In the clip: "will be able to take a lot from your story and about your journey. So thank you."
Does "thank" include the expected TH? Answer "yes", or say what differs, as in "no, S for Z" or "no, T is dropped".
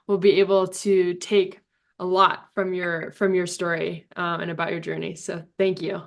yes